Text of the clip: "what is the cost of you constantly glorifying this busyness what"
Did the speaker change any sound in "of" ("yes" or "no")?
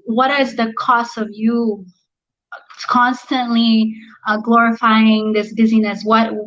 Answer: no